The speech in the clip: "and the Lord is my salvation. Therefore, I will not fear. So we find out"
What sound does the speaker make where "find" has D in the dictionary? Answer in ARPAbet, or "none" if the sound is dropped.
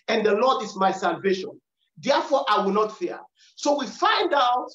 D